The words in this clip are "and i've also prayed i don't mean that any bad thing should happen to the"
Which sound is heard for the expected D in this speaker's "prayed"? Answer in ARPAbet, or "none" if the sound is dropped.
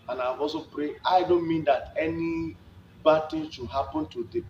none